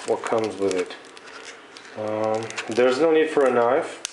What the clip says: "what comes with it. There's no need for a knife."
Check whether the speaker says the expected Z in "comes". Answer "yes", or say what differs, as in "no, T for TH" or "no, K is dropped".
yes